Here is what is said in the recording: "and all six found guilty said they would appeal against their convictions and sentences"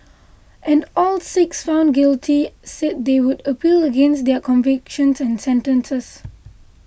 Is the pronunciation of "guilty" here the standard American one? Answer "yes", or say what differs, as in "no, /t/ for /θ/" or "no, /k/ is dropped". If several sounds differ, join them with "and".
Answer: yes